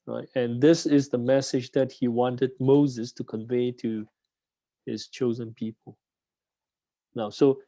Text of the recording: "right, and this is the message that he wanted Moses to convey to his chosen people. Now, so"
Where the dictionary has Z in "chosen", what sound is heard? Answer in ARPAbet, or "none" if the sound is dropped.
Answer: Z